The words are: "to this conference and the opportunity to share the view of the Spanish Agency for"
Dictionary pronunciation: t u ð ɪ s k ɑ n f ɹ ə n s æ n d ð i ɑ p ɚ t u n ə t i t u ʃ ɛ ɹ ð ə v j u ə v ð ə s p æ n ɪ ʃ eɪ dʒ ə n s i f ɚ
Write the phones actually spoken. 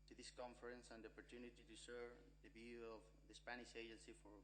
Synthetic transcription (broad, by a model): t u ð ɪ s k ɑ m f ɹ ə n s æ n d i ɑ p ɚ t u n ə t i t u s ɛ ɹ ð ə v j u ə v ð ə s p æ n ɪ ʃ eɪ dʒ ə n s i f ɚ